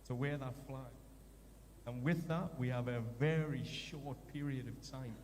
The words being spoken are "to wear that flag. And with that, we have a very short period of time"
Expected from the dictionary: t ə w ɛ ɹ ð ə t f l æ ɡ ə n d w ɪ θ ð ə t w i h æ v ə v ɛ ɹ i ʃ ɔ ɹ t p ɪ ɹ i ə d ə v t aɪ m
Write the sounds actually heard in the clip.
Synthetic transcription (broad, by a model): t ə w ɛ ɹ ð ə t f l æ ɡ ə n w ɪ ð ə t w i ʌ v ə v ɛ ɹ i ʃ ɔ ɹ t p ɪ ɹ i ə d ə v t aɪ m